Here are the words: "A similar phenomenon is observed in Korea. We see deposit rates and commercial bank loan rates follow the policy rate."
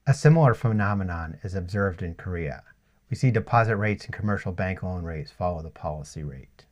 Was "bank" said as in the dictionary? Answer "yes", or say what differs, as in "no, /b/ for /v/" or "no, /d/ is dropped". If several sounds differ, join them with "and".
yes